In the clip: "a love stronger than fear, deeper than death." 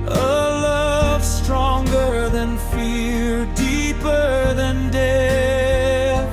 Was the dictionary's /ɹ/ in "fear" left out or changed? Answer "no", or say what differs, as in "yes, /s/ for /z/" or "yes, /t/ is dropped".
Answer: yes, /l/ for /ɹ/